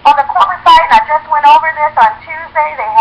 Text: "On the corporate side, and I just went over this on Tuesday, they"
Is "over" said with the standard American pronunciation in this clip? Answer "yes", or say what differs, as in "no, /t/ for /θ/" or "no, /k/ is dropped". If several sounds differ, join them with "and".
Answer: yes